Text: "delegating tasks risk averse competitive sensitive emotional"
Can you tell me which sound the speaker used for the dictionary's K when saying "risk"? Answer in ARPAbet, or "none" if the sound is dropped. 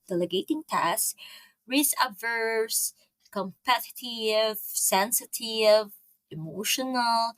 none